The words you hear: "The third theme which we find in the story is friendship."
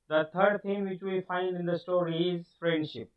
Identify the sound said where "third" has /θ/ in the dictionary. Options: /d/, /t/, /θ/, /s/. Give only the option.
/t/